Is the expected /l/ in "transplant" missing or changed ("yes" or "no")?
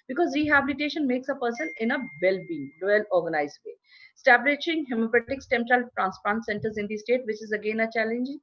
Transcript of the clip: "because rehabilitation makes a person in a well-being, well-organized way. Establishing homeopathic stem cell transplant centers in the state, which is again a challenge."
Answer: yes